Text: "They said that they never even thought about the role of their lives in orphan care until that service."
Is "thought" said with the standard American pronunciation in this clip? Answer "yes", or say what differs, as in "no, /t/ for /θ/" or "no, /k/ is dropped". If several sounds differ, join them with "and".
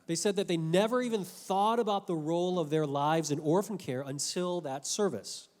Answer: yes